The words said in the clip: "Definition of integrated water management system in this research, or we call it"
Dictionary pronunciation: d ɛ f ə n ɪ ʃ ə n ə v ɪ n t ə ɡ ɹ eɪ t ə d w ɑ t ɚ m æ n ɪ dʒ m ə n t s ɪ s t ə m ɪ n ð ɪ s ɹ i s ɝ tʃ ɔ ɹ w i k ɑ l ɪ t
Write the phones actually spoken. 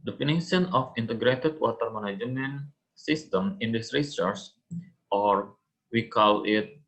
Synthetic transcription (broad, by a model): d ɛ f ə n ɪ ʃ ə n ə f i n t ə ɡ ɹ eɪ t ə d w ɑ t ɚ m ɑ n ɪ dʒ m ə n s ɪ s t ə m ɪ n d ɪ s ɹ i s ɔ s ɔ ɹ w i k ɑ l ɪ t